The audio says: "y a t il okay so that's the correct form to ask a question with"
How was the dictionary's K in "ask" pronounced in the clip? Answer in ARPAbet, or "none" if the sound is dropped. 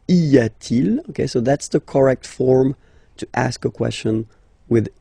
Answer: K